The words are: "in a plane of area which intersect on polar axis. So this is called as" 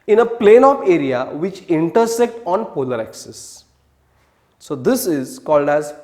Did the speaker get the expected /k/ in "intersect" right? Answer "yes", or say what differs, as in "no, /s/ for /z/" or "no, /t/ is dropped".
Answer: yes